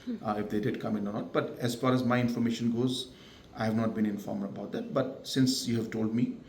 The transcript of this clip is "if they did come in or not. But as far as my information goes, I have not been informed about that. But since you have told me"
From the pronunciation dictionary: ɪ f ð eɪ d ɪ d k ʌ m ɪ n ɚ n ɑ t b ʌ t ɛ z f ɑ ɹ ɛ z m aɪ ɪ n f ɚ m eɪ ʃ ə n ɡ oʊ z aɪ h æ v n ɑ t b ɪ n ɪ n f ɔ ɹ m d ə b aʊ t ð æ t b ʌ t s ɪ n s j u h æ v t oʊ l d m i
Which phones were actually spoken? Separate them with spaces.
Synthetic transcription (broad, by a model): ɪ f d eɪ d ɪ d k ʌ m ɪ n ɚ n ɑ t b ʌ t ɛ z f ɑ ɹ ɛ z m aɪ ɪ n f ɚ m eɪ ʃ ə n ɡ oʊ z aɪ h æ v n ɑ t b ɪ n ɪ n f ɔ ɹ m d ə b aʊ t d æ t b ʌ t s ɪ n s j u h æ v t oʊ l d m i